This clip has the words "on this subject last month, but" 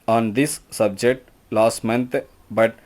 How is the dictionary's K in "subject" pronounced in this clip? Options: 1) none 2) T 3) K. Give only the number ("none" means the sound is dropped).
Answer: 3